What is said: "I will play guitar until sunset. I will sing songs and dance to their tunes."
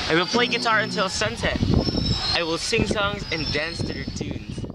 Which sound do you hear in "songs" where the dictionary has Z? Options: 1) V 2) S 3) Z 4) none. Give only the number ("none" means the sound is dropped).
3